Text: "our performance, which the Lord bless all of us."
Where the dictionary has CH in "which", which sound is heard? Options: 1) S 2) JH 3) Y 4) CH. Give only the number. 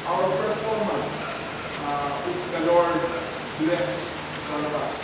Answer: 1